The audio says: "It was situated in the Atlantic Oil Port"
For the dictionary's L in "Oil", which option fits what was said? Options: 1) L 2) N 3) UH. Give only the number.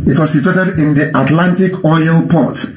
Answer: 1